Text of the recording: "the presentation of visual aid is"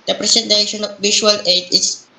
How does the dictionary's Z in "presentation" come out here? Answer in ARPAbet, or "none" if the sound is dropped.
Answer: S